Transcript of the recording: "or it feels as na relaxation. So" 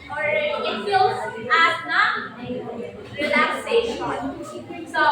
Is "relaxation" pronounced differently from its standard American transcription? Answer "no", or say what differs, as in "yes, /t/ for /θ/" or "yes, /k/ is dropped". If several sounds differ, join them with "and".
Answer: yes, /ʃ/ is dropped